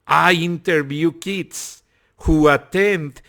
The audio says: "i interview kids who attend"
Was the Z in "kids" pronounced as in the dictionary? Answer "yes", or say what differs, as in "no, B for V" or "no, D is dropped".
no, S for Z